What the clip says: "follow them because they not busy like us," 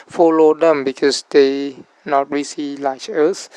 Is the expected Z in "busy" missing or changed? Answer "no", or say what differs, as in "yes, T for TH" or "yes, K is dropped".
yes, S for Z